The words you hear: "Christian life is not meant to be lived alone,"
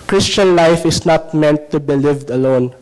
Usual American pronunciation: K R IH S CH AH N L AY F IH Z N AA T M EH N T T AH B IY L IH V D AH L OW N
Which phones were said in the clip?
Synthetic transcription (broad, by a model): K R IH S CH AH N L AY F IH S N AA T M EH N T T AH B IY L IH V D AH L OW N